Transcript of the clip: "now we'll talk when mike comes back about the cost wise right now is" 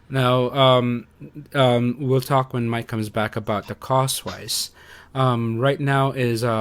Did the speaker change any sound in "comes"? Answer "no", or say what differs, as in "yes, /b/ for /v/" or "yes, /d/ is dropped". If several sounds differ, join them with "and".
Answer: no